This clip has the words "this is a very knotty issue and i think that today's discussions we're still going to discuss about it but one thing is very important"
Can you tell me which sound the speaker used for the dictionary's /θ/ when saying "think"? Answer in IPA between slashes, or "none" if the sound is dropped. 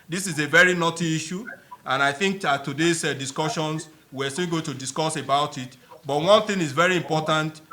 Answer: /θ/